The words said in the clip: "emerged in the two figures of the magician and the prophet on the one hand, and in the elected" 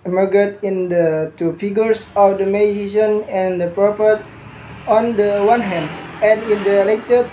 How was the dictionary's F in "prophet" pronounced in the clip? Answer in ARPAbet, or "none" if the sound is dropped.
P